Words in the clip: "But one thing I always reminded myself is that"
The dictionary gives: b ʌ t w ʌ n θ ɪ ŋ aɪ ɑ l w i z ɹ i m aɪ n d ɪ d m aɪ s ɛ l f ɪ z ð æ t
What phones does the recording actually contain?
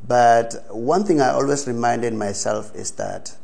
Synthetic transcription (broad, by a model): b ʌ t w ʌ n θ ɪ ŋ aɪ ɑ l w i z ɹ i m aɪ n d ɪ d m aɪ s ɛ l f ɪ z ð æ t